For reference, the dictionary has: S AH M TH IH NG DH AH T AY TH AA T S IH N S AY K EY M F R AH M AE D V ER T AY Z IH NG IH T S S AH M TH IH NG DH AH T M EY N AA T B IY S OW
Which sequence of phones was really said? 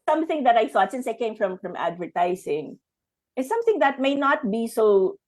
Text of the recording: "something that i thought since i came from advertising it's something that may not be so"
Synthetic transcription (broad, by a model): S AH M TH IH NG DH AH T AY TH AA T S IH N S AY K EY M F R AH M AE D V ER T AY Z IH NG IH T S S AH M TH IH NG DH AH T M EY N AA T B IY S OW